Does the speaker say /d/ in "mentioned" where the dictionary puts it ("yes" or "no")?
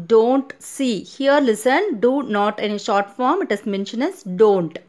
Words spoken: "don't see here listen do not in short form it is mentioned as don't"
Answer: no